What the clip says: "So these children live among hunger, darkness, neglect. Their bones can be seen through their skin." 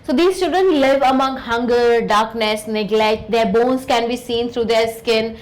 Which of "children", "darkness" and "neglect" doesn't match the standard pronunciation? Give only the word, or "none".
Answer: children